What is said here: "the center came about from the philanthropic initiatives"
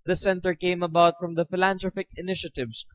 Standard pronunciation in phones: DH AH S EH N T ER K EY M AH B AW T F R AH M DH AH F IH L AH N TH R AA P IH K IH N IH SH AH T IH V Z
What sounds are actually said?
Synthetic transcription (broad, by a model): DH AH S EH N T ER K EY M AH B AW T F R AH M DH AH F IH L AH N T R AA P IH K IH N IH SH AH T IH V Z